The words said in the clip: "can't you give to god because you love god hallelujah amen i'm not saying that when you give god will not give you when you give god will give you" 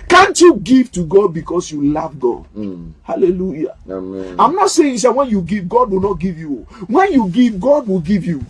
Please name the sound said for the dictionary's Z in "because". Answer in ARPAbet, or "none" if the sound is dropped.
S